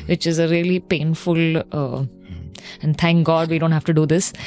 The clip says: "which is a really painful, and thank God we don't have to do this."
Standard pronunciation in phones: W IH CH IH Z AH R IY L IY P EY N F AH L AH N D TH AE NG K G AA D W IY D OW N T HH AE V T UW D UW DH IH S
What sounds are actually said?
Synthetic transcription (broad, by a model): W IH CH IH Z AH R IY L IY P EY N F AH L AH N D T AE NG K G AA D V IY D OW N T HH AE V T UW D UW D IH S